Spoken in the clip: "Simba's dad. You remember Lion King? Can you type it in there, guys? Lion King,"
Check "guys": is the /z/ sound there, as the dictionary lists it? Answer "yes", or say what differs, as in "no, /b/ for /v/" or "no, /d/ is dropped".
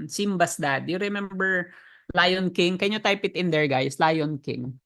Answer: no, /s/ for /z/